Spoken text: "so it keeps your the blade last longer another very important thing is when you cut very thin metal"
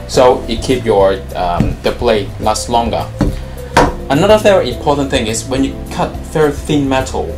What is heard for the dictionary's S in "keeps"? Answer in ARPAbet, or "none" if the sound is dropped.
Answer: none